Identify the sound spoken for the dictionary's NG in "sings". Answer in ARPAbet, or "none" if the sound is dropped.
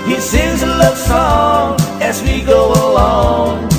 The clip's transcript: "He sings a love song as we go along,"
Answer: none